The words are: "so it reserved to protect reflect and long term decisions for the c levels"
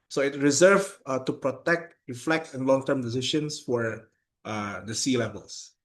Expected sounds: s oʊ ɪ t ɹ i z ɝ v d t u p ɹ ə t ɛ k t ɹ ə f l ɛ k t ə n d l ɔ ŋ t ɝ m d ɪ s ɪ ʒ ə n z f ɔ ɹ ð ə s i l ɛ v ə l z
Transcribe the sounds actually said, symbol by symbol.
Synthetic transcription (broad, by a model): s oʊ ɪ t ɹ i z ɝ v t u p ɹ ə t ɛ k t ɹ ə f l ɛ k t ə n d l ɔ ŋ t ɝ m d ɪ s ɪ ʃ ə n s f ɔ ɹ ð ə s i l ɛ v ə l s